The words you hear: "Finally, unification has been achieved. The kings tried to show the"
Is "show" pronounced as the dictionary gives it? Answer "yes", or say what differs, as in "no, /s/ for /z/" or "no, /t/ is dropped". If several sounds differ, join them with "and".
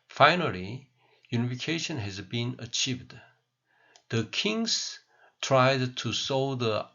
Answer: no, /s/ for /ʃ/